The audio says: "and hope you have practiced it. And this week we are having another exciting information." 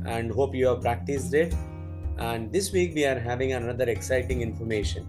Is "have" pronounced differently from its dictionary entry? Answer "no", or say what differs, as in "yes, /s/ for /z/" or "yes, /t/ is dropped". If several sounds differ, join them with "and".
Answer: no